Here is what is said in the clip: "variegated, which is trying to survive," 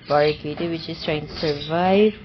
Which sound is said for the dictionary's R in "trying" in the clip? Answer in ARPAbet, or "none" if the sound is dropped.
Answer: R